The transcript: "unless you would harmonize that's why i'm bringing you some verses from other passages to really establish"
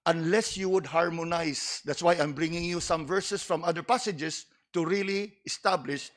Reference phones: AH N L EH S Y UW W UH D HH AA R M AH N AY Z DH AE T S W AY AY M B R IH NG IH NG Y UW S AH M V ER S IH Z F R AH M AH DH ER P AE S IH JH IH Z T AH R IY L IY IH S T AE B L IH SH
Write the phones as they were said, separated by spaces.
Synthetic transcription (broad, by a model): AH N L EH S Y UW W UH D HH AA R M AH N AY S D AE T S W AY AY M B R IH NG IH NG Y UW S AH M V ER S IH S F R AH M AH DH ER P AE S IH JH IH S T AH R IY L IY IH S T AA B L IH SH